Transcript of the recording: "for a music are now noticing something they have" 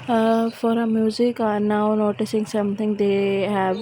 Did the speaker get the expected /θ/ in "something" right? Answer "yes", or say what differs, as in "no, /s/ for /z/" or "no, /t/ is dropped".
no, /t/ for /θ/